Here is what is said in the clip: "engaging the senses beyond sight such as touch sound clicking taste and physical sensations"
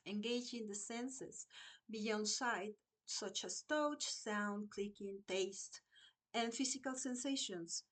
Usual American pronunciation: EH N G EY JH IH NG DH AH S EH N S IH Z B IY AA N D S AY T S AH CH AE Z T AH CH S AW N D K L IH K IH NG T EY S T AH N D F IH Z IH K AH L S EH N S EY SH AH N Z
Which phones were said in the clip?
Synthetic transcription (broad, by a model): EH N G EY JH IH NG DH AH S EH N S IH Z B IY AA N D S AY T S AH CH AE S T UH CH S AW N D K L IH K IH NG T EY S T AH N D F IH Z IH K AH L S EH N S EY SH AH N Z